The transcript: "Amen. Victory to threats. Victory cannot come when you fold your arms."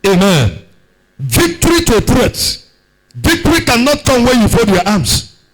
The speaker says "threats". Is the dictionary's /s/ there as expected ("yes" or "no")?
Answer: no